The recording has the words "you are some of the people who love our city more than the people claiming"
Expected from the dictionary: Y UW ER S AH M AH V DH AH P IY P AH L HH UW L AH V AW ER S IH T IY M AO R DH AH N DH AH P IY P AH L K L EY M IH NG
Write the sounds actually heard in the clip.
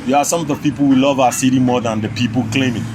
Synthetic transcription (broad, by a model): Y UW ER S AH M AH V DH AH P IY P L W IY L AH V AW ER S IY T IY M AO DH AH N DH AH P IY P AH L K L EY M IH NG